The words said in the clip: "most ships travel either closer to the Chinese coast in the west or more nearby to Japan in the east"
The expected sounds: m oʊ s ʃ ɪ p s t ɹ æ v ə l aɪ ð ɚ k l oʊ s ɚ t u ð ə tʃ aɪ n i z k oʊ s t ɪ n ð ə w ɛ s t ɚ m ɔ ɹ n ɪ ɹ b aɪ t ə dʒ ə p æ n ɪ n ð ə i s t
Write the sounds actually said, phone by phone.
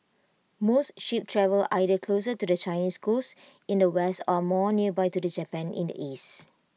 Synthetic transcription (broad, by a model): m oʊ s ʃ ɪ p t ɹ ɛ v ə l aɪ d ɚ k l oʊ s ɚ t u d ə tʃ aɪ n i s k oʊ s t ɪ n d ə w ɛ s t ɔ m ɔ n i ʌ b aɪ t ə dʒ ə p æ n ɪ n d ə i s t